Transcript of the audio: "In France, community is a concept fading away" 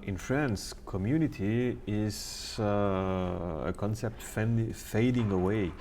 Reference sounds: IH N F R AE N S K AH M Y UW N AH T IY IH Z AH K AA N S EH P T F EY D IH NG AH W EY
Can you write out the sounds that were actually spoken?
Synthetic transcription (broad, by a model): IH N F R AE N S K AH M Y UW N AH T IY IH Z AH K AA N S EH P T F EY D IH NG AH W EY